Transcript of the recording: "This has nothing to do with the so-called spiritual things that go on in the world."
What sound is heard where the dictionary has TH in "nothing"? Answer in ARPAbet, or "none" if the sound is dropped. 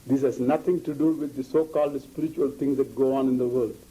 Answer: T